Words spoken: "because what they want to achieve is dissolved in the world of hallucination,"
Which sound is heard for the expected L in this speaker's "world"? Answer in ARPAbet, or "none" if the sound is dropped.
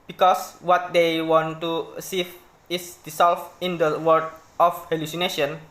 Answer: none